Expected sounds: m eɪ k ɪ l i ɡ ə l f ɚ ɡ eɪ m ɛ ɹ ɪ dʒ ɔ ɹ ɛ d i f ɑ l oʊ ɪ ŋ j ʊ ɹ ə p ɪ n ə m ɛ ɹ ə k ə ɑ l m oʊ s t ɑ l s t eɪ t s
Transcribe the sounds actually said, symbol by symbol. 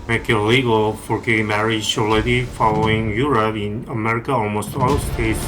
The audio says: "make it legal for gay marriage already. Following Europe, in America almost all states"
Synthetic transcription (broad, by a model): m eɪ k ɪ l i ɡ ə l f ɚ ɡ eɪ m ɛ ɹ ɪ ʃ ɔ l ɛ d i f ɑ l oʊ ɪ ŋ j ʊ ɹ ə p ɪ n ə m ɛ ɹ ə k ə ɑ l m oʊ s t ɑ l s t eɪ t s